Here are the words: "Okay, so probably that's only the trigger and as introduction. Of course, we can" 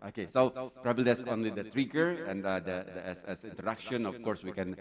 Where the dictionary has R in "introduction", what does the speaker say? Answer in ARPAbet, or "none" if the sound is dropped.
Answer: none